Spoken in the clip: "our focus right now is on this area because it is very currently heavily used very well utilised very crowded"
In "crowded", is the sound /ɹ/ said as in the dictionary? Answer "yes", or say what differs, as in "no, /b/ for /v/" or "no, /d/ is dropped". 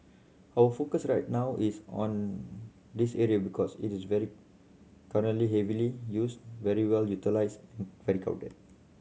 no, /ɹ/ is dropped